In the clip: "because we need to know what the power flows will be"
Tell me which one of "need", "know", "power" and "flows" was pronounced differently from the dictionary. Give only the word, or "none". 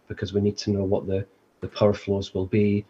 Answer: none